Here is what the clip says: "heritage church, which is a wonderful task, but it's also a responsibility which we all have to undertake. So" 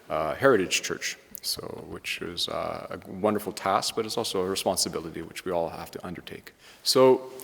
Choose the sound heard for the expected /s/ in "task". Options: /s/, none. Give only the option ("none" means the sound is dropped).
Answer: /s/